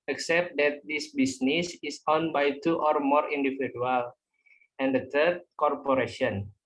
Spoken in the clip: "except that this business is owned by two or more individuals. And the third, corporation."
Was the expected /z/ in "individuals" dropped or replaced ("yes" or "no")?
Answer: yes